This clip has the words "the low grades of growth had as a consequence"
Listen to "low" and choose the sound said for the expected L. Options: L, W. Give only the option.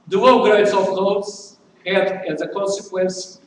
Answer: W